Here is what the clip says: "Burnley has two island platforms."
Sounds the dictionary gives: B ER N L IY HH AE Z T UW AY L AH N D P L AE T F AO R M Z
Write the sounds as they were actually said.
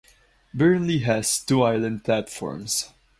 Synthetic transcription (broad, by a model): B ER N L IY HH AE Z T UW AY L AH N D P L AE T F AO R M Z